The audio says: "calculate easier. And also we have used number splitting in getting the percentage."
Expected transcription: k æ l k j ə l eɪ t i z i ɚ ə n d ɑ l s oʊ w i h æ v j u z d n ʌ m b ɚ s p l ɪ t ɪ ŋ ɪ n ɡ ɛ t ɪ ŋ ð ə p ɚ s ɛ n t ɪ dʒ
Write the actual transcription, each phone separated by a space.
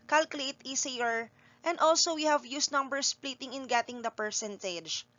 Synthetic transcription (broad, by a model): k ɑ l k j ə l eɪ t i s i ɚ ə n d ɑ l s oʊ w i h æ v j u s n ʌ m b ɚ s p l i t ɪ ŋ ɪ n ɡ ɛ t ɪ ŋ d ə p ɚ s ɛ n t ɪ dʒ